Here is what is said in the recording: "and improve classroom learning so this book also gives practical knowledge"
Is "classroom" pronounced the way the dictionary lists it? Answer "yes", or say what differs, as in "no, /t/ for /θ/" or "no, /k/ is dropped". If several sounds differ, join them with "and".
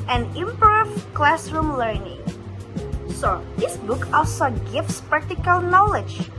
yes